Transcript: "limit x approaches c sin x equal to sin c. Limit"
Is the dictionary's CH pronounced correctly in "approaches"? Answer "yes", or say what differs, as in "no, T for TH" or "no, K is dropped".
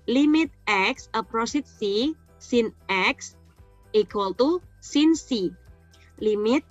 no, S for CH